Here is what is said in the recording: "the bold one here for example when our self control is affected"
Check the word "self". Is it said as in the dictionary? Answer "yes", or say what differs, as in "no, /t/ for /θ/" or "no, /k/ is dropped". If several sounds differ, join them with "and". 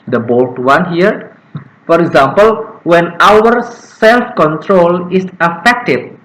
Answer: yes